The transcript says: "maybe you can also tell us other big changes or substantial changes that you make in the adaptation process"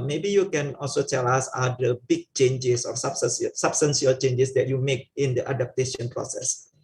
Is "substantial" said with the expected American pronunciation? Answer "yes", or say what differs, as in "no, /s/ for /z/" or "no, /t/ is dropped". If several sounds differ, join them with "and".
no, /s/ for /ʃ/